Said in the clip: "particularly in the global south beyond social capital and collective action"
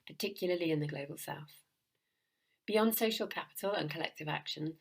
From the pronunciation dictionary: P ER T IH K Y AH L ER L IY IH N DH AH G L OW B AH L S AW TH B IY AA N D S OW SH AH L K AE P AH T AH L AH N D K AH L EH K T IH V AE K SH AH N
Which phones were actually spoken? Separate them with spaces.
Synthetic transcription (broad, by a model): P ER T IH K Y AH L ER L IY IH N DH AH G L OW B AH L S AW TH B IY AA N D S OW SH AH L K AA P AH T AH L AH N K AH L EH K T IH V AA K SH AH N